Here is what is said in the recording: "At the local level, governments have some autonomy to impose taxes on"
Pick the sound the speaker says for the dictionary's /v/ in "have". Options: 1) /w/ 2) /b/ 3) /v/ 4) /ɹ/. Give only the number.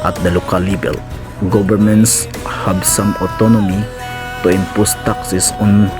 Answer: 2